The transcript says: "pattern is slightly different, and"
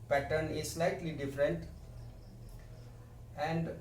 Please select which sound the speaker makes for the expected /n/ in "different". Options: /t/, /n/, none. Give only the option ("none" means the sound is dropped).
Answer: /n/